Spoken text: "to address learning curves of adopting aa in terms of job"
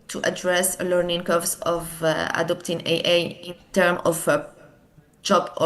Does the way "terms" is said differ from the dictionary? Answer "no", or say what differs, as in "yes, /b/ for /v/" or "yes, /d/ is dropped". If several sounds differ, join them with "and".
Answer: yes, /z/ is dropped